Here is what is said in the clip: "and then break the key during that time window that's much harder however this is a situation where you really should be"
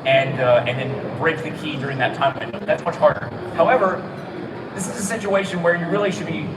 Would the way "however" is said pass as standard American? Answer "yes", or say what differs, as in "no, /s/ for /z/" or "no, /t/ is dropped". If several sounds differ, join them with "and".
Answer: yes